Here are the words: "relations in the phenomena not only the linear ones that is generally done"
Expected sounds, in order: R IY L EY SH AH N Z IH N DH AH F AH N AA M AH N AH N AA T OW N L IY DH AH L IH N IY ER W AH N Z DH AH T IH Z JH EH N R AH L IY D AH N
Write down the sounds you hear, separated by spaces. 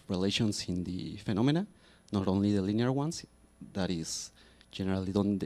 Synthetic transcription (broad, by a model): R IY L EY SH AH N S IH N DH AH F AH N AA M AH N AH N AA T OW N L IY DH AH L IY N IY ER W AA N S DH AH T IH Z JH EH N R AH L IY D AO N